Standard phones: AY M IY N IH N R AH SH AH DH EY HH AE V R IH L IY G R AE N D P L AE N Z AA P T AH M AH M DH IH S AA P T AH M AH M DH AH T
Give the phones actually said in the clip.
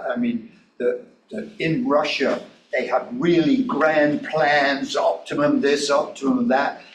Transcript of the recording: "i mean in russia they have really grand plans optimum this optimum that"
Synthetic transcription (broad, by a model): AY M IY N IH N R AH SH AH DH EY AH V R IH L IY G R AE N P L AE N Z AA P T AH M AH M DH IH S AA P T AH M AH M DH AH T